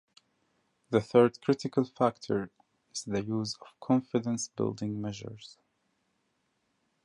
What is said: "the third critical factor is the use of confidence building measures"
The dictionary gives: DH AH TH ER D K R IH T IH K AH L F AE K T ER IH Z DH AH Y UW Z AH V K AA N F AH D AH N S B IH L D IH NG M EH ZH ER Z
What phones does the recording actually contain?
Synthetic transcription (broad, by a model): DH AH TH ER D K R IH T IH K AH L F AE K T ER IH Z DH AH Y UW Z AH V K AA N F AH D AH N S B IH L D IH NG M EH ZH ER Z